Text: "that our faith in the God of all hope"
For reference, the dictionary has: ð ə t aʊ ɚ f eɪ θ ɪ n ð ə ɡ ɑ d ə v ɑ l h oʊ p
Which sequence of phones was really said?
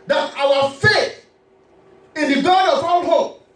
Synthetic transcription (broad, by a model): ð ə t aʊ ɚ f eɪ θ ɪ n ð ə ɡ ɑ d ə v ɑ n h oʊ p